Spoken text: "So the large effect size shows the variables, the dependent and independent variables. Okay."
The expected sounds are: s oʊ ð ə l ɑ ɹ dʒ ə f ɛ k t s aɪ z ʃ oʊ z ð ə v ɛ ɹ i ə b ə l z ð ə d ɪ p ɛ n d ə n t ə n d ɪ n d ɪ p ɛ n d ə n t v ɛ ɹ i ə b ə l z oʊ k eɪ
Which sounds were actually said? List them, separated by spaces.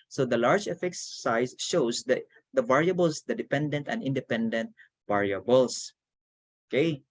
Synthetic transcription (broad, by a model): s oʊ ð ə l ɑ ɹ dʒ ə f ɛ k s aɪ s ʃ oʊ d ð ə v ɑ ɹ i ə b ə l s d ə d ɪ p ɛ n d ə n t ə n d ɪ n d ɪ p ɛ n d ə n t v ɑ ɹ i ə b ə l s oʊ k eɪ